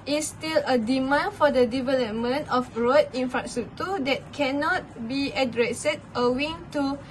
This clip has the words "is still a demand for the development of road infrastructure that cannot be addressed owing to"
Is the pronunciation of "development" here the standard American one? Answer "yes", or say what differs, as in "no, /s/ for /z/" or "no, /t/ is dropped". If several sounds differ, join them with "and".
yes